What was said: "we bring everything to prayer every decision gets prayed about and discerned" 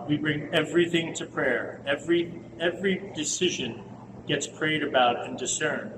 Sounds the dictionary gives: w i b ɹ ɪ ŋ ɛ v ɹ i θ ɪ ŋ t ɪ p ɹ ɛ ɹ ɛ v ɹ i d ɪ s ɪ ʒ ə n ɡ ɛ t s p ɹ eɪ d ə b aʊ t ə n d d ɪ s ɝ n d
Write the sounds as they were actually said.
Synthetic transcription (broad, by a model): w i b ɹ ɪ ŋ ɛ v ɹ i θ ɪ ŋ t ɪ p ɹ ɛ ɹ ɛ v ɹ i d ɪ s ɪ ʒ ə n ɡ ɛ t s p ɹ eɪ d ə b aʊ t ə n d d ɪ s ɝ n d